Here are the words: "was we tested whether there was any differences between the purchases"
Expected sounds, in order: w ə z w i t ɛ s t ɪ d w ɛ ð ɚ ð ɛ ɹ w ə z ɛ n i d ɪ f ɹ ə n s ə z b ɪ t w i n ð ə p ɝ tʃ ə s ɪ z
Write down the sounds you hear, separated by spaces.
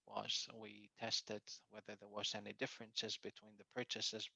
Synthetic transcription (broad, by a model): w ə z w i t ɛ s t ɪ d w ɛ ð ɚ ð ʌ ɹ w ə z ɛ n i d ɪ f ɹ ə n s ə z b ɪ t w i n ð ə p ɝ tʃ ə s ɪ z